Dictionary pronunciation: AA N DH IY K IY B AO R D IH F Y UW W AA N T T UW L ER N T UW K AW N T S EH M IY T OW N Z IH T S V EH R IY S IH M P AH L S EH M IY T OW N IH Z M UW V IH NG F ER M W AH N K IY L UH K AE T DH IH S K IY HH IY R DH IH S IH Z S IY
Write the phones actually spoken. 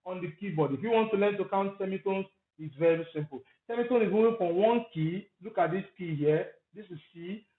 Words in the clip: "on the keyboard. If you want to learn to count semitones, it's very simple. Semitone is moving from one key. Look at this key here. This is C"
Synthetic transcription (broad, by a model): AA N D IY K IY B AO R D IH F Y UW W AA N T T UW L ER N T UW K AW N T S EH M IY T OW N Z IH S V EH R IY S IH M P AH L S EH M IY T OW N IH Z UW IH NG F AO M W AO N K IY L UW K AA T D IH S K IY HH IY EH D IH S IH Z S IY